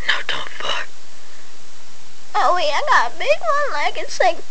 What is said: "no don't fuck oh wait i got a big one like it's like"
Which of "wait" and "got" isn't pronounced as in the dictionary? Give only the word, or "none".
wait